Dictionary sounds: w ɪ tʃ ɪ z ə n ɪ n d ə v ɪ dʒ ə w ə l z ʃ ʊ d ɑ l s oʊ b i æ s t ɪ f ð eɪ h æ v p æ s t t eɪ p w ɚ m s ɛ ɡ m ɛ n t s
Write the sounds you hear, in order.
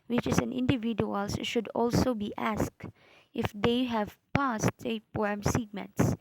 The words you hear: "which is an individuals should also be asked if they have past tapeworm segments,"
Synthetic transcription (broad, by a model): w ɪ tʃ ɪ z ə n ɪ n d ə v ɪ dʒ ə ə l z ʃ ʊ d ɑ l s oʊ b i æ s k ɪ f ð eɪ h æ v p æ s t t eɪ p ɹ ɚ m s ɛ ɡ m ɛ n t s